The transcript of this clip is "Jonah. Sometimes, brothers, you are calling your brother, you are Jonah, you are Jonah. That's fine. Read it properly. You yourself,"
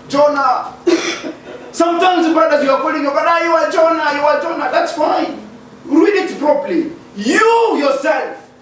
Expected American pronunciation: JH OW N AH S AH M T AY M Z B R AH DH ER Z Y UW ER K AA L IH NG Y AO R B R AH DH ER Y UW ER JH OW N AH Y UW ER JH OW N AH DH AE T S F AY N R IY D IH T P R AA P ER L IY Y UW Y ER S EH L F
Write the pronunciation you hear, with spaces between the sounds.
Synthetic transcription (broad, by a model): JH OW N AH S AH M T AY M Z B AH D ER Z Y UW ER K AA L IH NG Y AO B AH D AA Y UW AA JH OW N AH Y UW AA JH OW N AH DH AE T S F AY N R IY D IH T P R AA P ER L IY Y UW Y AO S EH L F